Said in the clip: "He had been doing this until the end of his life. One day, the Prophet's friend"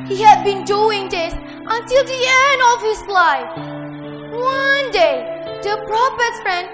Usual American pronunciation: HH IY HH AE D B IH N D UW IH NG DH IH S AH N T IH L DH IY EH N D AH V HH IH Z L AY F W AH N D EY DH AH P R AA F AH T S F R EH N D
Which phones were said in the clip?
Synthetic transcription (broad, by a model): HH IY HH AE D B IH N D UW IH NG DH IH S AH N T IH L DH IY EH N D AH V HH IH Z L AY F W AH N D EY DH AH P R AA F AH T F R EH N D